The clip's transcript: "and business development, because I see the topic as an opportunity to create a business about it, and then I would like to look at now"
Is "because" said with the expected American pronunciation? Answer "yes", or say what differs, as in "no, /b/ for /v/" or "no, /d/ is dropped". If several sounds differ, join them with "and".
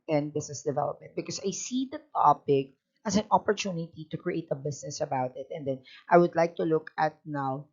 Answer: no, /s/ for /z/